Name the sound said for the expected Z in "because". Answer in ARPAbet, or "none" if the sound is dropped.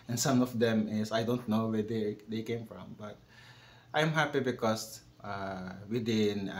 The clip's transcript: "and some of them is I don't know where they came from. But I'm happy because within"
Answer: S